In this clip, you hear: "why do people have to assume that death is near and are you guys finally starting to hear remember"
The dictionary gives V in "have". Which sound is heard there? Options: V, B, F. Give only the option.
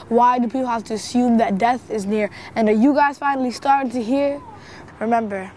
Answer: F